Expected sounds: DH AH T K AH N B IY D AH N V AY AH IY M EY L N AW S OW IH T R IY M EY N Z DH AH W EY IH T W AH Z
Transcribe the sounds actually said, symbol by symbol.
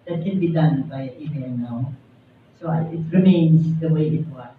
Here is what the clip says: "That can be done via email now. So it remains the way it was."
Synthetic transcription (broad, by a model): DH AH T K AH N B IY D AH N B AY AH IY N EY N AW S OW IH T R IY M EY N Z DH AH W EY IH T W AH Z